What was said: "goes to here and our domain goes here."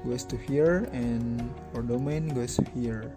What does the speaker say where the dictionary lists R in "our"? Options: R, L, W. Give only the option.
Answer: R